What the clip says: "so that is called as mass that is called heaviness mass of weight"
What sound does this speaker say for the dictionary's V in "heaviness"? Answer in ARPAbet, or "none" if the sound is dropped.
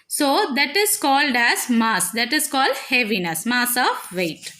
V